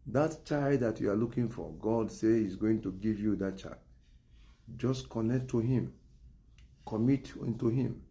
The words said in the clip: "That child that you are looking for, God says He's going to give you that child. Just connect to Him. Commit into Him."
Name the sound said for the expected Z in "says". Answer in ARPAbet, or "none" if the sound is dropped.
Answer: none